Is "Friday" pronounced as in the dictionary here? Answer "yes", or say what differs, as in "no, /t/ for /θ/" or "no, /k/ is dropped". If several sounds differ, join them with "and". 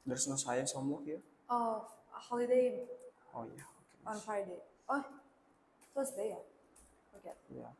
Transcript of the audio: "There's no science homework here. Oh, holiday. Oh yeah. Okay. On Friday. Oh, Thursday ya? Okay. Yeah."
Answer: no, /ɹ/ is dropped